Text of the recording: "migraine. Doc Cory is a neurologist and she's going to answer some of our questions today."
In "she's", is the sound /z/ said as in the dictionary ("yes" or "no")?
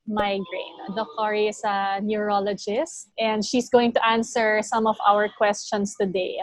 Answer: no